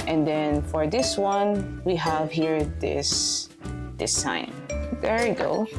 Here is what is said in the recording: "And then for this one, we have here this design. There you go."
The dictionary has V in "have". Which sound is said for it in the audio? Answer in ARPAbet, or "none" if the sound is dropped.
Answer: V